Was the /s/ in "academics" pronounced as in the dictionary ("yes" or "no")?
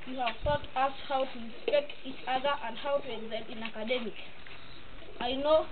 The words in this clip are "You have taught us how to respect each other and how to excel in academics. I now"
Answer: no